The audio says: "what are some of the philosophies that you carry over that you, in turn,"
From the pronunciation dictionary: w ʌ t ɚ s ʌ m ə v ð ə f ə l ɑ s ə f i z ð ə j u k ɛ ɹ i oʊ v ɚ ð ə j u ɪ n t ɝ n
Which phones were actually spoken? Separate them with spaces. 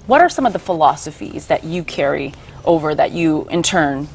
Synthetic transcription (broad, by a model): w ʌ t ɚ s ʌ m ə v ð ə f ə l ɑ s ə f i z ð ə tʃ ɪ k ɛ ɹ i oʊ v ɚ ð ə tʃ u ɪ n t ɝ n